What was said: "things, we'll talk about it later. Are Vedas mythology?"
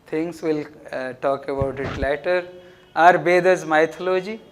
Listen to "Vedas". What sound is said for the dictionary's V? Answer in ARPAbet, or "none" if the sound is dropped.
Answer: B